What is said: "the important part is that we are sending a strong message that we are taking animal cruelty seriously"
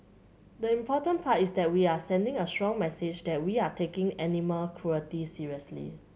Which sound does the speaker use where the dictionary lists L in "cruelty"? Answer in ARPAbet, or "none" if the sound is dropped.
none